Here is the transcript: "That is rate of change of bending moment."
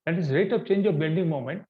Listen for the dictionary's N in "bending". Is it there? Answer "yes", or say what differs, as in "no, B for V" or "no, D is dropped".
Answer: no, L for N